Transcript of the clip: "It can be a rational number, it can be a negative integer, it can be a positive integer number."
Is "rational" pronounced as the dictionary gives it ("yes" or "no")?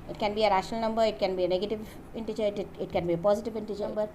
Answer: yes